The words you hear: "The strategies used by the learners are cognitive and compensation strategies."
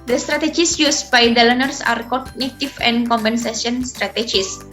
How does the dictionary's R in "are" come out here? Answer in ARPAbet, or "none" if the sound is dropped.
R